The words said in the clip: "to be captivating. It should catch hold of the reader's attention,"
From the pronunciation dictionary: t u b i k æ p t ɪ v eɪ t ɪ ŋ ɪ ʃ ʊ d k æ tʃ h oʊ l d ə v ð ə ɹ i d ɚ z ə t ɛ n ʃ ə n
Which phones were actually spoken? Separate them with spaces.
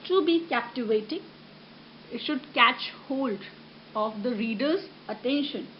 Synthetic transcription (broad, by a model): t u b i k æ p t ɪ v eɪ t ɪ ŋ ɪ ʃ ʊ d k æ tʃ h oʊ l d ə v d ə ɹ i d ɚ z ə t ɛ n ʃ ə n